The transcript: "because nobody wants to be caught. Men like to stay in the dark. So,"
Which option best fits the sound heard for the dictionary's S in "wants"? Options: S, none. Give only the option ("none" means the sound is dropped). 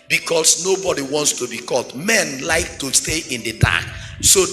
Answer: S